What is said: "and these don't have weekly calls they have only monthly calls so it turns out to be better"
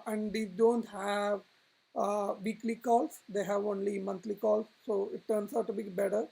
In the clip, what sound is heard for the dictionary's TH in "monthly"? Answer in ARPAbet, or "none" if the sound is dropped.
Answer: T